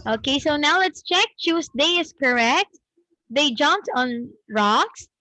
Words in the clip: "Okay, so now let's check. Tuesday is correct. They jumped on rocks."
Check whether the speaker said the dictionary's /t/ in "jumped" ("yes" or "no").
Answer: yes